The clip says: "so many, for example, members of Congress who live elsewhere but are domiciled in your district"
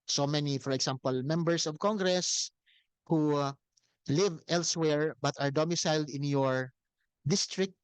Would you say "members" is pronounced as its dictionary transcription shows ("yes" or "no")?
no